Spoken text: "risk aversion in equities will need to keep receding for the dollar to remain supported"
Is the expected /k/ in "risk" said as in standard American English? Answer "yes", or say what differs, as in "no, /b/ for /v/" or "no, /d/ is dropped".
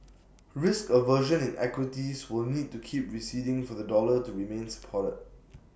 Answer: yes